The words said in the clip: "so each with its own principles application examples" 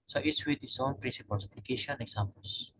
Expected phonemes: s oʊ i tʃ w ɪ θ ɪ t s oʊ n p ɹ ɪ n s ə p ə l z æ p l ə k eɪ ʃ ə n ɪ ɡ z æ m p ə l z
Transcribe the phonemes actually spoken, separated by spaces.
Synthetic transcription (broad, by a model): s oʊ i s w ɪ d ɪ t s oʊ n p ɹ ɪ n s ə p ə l s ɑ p l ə k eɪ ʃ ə n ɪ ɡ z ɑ m p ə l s